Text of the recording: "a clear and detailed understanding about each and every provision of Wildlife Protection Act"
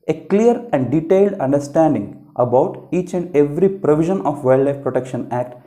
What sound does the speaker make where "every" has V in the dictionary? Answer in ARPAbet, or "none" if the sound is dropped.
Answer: V